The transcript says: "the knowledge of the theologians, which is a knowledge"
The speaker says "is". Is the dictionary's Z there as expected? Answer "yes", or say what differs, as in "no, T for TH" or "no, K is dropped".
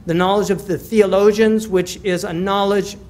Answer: yes